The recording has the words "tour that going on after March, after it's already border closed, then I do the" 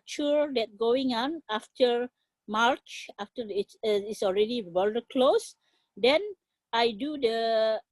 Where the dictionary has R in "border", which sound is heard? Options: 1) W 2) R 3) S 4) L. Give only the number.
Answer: 4